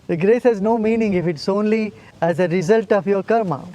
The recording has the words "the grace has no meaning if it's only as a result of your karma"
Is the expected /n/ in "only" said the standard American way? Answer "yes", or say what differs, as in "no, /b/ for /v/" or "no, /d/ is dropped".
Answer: yes